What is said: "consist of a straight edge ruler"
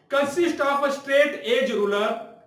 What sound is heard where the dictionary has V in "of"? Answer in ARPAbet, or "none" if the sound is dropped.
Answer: P